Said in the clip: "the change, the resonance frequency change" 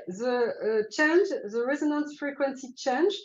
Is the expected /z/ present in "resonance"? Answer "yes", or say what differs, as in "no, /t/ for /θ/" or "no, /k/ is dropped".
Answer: yes